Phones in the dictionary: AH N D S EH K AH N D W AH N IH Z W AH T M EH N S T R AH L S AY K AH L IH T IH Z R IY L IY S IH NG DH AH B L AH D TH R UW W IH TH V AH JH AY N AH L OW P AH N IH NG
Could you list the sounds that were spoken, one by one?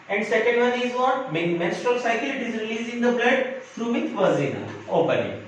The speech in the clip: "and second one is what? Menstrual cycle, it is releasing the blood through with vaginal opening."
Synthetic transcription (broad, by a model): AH N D S EH K AH N D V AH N IH Z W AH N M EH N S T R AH L S AY K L IH T IH Z R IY L IY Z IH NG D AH B L AH D F R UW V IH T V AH Z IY N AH OW P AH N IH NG